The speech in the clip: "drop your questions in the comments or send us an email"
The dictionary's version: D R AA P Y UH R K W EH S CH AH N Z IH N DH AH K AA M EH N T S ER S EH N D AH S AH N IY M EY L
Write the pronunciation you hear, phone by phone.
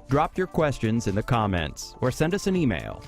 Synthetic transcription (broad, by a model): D R AA P Y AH R K W EH S CH AH N Z IH N DH AH K AA M EH N T S ER S EH N D AH S AH N IY M EY L